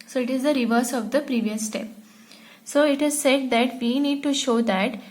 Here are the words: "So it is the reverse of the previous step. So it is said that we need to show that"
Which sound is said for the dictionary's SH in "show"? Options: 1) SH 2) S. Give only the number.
1